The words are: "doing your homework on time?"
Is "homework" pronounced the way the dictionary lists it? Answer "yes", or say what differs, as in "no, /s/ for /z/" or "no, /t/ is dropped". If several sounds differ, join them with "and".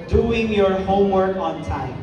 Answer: yes